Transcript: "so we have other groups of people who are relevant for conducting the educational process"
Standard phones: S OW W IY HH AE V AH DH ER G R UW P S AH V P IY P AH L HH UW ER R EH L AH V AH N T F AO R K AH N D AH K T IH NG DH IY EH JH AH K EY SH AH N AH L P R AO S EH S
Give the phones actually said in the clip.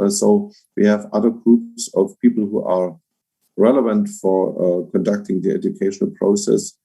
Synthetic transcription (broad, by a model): S OW W IY HH AE V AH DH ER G R UW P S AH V P IY P L HH UW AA R EH L AH V AH N T F AO R K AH N D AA K T IH NG DH IY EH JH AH K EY SH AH N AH L P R AO S EH S